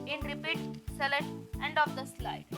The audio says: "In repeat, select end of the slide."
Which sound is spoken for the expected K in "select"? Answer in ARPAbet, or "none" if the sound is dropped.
none